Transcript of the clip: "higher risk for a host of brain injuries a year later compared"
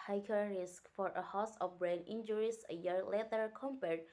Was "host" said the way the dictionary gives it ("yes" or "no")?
no